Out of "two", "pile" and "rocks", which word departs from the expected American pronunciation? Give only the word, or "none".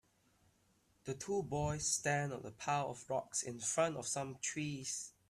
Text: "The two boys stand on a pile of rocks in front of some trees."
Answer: pile